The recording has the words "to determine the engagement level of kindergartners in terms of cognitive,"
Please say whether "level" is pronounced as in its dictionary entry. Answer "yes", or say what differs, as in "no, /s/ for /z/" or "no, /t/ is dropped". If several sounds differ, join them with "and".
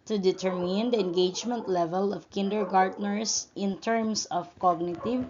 yes